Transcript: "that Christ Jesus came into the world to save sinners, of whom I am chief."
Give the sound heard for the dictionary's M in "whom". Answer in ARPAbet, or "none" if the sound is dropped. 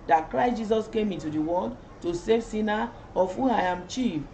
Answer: none